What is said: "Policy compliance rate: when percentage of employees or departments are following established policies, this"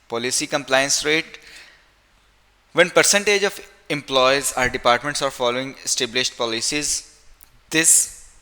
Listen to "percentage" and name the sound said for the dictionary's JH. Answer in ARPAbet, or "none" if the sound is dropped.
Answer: JH